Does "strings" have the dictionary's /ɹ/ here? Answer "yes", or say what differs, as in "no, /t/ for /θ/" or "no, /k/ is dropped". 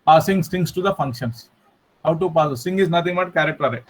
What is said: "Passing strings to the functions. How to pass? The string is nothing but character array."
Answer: no, /ɹ/ is dropped